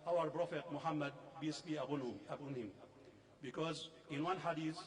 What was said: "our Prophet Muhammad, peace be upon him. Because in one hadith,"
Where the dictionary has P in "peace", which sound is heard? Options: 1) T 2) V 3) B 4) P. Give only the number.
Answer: 3